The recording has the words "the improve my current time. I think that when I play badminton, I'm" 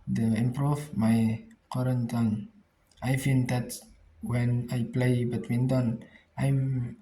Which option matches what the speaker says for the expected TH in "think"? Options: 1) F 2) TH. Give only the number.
1